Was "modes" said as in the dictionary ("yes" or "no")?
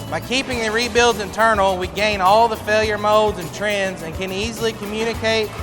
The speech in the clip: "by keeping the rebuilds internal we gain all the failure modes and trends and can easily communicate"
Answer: yes